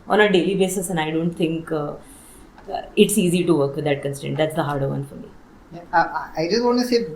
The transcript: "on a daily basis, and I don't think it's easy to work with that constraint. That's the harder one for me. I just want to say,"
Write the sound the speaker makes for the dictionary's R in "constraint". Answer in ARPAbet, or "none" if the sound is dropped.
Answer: none